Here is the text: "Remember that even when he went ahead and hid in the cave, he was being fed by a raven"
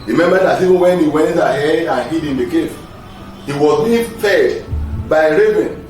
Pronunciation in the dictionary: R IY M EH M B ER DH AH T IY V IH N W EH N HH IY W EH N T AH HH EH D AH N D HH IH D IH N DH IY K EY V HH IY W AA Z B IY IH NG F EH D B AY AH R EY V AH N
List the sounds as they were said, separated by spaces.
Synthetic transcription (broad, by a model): R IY M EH M B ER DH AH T IY V IH N W EH N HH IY W EH N T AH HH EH AH N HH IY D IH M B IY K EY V HH IY W AA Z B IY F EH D B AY AH R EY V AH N